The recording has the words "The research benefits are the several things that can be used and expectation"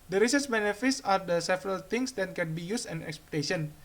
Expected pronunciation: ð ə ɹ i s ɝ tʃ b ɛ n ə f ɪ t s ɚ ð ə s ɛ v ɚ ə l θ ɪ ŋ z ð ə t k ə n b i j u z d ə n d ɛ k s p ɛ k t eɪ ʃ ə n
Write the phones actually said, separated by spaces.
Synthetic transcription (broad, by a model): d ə ɹ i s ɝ s b ɛ n ə f ɪ t s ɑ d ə s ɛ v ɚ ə l t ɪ ŋ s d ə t k ə n b i j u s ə n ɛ k s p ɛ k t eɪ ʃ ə n